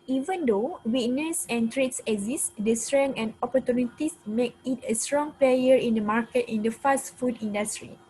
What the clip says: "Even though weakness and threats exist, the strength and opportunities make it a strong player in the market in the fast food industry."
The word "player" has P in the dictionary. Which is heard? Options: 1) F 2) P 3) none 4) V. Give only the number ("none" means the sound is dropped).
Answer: 2